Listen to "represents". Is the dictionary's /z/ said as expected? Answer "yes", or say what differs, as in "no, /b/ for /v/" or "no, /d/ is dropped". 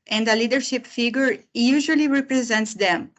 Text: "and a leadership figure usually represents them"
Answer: yes